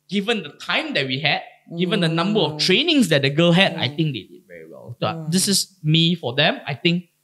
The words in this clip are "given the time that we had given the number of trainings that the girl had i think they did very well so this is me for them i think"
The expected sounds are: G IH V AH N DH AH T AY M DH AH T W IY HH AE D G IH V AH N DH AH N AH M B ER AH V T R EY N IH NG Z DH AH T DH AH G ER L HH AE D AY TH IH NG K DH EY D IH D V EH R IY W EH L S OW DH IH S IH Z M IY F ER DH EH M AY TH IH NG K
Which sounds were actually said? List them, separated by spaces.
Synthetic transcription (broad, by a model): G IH V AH N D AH T AY M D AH T W IY HH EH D G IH V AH N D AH N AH M B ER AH F T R EY N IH NG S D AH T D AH G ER L HH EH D AY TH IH NG K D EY D IH D V EH R IY W EH L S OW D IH S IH S M IY F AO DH EH M AY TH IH NG K